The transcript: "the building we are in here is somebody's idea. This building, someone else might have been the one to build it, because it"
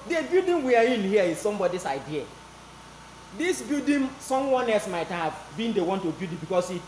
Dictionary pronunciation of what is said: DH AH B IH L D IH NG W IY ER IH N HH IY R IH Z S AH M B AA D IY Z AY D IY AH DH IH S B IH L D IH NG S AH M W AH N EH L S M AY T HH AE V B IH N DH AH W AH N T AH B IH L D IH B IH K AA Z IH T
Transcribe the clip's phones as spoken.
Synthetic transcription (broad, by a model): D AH B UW D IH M W IY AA IH N HH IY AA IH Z S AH M B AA D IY S AY D IY AH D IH S B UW D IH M S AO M W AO N EH L S M AY T HH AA V B IH N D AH W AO N T AH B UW D IH B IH K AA S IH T